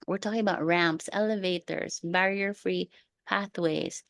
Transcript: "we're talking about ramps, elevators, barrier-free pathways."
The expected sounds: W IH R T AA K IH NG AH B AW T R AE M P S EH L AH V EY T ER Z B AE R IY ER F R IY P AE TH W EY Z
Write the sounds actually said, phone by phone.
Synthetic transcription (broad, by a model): W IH R T AA K IH NG AH B AW T R AE M P S EH L AH V EY T ER Z B AE R IY ER F R IY P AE TH W EY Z